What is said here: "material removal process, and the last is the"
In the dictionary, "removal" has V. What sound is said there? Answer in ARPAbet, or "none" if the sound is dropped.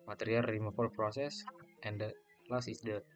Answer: F